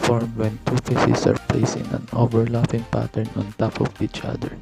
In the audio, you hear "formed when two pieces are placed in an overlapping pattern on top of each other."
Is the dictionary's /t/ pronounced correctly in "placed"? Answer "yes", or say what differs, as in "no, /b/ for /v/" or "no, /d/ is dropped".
no, /t/ is dropped